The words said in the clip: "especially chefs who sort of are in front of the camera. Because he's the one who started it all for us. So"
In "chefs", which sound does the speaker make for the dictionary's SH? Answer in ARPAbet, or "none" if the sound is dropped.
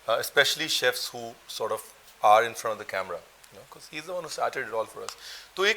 SH